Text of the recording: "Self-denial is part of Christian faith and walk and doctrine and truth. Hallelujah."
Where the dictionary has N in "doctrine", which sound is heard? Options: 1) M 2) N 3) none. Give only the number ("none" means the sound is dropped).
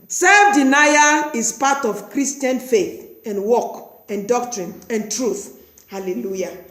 2